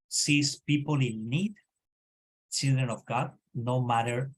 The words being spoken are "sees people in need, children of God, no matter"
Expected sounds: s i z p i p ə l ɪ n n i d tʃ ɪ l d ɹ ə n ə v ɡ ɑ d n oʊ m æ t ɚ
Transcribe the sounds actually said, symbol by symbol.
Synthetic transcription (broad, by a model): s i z p i p ə l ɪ l n i d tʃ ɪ l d ɹ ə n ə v ɡ ɑ d n oʊ m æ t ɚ